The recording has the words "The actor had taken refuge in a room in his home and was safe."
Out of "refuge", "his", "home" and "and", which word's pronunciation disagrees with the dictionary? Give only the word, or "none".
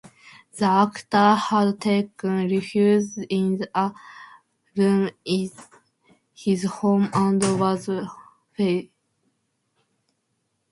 refuge